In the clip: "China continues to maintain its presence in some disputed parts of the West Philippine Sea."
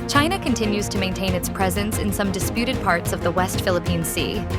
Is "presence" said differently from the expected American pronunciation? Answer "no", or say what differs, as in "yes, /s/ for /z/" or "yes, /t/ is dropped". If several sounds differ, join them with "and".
no